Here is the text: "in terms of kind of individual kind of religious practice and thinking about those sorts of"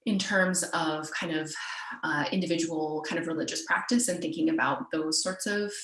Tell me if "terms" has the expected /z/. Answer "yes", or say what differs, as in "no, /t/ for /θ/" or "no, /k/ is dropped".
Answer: yes